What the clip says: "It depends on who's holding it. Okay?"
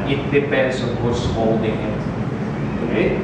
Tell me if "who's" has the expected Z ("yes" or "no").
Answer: no